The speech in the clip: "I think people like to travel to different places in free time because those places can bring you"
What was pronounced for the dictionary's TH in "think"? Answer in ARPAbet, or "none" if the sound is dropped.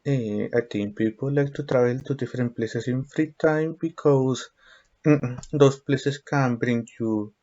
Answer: T